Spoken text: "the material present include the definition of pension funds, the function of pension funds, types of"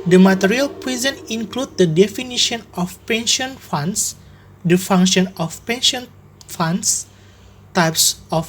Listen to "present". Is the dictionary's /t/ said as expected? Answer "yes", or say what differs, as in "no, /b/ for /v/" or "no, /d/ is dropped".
no, /t/ is dropped